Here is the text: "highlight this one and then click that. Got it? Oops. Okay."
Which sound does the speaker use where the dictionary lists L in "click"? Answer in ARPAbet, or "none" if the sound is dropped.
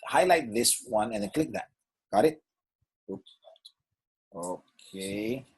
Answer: L